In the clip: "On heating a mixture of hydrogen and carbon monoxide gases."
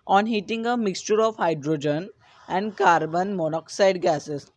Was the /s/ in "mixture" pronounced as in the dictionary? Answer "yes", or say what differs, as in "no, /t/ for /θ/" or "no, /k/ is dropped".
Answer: yes